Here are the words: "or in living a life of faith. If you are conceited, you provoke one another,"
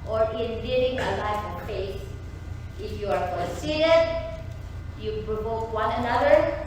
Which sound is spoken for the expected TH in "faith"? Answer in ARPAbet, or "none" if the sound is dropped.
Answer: S